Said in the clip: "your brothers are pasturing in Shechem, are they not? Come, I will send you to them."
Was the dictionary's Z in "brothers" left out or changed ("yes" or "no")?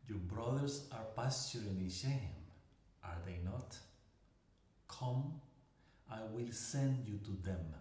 yes